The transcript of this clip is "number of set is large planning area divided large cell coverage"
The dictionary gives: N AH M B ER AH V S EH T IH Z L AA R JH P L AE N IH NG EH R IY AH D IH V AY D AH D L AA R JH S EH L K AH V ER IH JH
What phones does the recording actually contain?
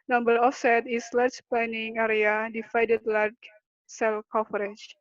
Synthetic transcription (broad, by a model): N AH M B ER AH F S EH T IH S L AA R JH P L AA N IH NG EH R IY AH D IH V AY D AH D L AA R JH S EH L K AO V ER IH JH